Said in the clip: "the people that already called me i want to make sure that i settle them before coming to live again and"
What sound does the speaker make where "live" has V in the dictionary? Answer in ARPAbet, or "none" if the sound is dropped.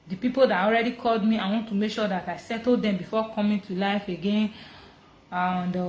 F